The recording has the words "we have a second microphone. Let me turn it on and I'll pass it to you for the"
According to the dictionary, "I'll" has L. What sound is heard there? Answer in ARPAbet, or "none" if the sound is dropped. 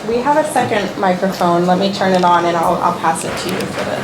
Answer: L